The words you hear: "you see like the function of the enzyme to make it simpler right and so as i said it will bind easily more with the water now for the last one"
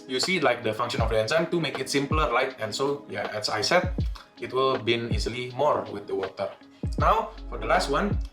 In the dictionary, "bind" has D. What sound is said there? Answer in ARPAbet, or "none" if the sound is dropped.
none